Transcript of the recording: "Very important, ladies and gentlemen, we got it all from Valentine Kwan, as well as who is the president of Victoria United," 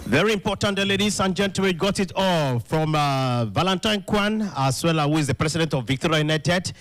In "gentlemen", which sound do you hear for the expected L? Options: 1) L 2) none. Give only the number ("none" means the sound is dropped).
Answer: 2